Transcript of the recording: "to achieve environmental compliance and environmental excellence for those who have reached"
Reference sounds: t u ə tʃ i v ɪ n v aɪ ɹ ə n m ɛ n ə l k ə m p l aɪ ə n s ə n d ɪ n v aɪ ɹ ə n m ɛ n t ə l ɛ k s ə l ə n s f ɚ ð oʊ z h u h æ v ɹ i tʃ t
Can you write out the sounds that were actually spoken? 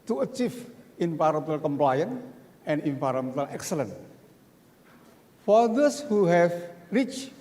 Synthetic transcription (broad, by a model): t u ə tʃ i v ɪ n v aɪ ɹ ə m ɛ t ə l k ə m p l aɪ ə n ə n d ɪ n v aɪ ɹ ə m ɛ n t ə l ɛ k s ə l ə n f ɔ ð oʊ s h u h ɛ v ɹ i tʃ